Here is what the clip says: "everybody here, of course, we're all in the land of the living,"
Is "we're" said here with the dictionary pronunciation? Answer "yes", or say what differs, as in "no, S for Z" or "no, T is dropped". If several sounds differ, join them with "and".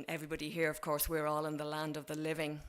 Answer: yes